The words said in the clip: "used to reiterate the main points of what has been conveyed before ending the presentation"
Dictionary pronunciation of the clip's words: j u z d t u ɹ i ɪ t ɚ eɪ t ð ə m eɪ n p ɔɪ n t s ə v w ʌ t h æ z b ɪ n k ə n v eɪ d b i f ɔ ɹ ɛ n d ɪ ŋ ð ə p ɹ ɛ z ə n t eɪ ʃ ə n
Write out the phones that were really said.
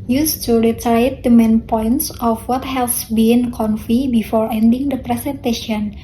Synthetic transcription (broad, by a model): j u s t u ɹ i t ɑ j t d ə m eɪ n p ɔɪ n t s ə f w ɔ t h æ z b ɪ n k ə n f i b i f ɔ ɹ ɛ n d ɪ ŋ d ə p ɹ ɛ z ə n t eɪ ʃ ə n